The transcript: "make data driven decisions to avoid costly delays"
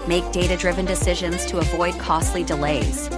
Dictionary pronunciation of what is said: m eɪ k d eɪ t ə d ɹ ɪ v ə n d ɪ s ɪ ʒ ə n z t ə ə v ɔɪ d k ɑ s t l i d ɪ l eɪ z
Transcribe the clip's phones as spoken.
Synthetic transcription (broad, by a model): m eɪ k d eɪ t ə d ɹ ɪ v ə n d ɪ s ɪ ʒ ə n z t ə ə v ɔɪ d k ɑ s t l i d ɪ l eɪ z